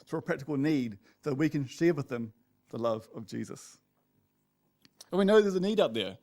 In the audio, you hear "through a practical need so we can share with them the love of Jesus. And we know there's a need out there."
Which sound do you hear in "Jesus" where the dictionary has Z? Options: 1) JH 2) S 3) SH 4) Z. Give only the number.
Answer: 4